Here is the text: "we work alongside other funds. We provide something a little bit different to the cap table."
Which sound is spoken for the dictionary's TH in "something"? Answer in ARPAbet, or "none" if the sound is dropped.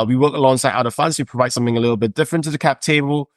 TH